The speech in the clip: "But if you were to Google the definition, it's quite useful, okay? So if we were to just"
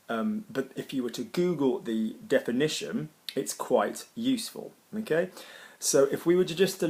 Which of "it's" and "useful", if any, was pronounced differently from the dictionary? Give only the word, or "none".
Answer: none